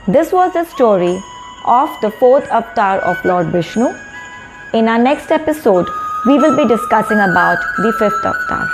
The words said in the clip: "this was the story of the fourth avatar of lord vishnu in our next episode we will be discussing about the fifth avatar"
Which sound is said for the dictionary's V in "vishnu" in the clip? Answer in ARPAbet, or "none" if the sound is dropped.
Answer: B